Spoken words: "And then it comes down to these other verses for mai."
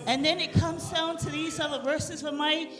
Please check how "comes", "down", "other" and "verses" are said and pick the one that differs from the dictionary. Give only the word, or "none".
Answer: none